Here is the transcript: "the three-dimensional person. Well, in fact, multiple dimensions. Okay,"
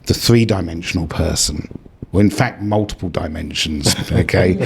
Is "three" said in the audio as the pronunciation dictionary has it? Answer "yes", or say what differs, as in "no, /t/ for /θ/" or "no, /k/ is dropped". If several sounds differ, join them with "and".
yes